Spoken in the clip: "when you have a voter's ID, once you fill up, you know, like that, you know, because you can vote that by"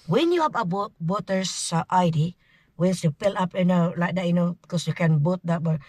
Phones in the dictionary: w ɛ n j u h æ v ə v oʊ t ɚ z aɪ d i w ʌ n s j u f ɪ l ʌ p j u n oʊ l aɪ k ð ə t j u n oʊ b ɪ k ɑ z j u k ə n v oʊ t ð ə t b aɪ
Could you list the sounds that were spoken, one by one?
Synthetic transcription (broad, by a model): w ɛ n j u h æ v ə b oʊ t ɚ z aɪ d i w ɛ n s j u p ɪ l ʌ p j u n oʊ l aɪ k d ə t j u n oʊ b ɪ k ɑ s j u k ə n b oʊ t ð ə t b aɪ